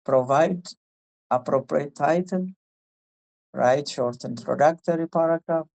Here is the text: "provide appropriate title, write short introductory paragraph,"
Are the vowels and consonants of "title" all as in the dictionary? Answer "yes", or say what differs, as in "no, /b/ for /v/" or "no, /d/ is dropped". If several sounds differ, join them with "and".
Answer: no, /n/ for /l/